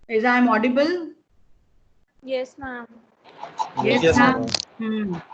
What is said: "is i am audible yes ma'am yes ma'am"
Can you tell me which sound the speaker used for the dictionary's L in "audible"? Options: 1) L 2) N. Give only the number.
1